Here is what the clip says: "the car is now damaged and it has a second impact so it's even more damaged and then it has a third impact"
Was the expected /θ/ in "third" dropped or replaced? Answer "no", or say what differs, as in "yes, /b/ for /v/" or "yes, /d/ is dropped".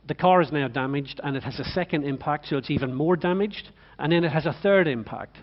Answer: no